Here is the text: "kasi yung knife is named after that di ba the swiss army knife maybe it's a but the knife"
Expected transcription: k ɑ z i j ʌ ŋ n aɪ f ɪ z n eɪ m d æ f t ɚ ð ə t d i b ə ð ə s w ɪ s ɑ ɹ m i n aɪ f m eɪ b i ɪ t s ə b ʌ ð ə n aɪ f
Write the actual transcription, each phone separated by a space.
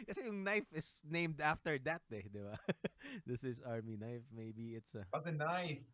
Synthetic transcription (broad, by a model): k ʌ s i j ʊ ŋ n aɪ f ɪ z n eɪ m d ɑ f t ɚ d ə t d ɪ b ə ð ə s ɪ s ɑ ɹ m i n aɪ f m eɪ b i ɪ t s ə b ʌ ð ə n aɪ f